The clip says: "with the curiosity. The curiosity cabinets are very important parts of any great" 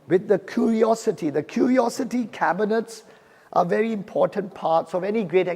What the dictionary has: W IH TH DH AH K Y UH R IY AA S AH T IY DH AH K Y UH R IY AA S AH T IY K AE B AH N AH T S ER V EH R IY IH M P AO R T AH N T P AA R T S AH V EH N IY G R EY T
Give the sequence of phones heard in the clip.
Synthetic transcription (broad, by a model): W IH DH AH K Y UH R IY AA S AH T IY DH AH K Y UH R IY AA S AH T IY K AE B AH N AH T S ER V EH R IY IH M P AO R T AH N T P AA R T S AH V EH N IY G R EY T